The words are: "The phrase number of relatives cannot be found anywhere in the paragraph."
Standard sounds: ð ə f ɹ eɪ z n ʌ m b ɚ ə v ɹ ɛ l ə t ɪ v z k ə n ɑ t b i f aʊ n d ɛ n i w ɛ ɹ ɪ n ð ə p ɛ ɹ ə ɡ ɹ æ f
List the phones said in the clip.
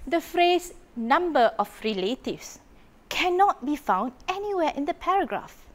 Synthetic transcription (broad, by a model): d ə f ɹ eɪ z n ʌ m b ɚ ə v ɹ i l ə t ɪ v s k ə n ɑ t b i f aʊ n d ɛ n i w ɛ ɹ ɪ n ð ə p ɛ ɹ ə ɡ ɹ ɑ f